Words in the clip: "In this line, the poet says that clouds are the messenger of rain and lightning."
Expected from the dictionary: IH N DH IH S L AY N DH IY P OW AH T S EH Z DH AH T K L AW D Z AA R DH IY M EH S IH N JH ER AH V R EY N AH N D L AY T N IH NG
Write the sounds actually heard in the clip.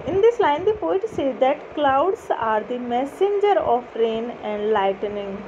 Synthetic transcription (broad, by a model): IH N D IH S L AY N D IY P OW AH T S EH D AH T K L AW D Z AA R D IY M EH S IH N JH ER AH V R EY N AH N D L AY T N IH NG